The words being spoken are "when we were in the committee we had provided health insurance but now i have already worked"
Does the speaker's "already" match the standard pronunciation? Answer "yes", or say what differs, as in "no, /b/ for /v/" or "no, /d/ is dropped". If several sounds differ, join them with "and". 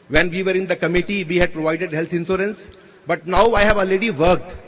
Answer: no, /ɹ/ is dropped